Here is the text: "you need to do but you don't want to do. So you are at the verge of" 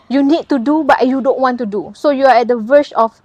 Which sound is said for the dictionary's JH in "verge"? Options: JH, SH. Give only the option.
SH